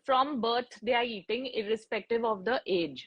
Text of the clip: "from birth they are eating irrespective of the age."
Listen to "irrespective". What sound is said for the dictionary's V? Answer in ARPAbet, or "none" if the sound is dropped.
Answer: V